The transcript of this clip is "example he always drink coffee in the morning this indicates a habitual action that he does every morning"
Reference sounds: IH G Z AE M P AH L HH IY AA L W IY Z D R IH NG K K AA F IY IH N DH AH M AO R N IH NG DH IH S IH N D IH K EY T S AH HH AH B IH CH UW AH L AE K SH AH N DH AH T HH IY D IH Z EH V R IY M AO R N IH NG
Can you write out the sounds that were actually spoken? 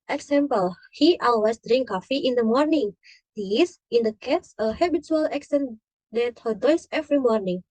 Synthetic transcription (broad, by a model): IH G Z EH M P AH L HH IY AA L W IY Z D R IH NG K K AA F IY IH N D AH M AO R N IH NG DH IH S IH N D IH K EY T S AH HH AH B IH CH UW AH L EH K S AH N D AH T HH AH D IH S EH V R IY M AO R N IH NG